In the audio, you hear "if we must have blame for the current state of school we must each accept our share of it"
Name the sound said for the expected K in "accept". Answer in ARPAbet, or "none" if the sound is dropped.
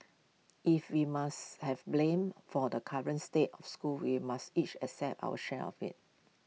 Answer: none